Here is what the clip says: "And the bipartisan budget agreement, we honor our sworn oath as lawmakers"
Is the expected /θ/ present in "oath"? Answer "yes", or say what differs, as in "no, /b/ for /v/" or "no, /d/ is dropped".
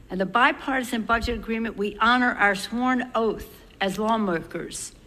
yes